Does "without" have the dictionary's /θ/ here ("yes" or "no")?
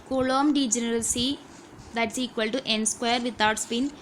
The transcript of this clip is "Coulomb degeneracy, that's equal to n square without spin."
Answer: no